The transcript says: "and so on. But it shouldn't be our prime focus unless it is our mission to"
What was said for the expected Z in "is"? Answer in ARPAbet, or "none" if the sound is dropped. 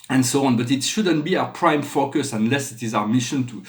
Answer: Z